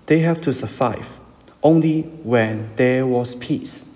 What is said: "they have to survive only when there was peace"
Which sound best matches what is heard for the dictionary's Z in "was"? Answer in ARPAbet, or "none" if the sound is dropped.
S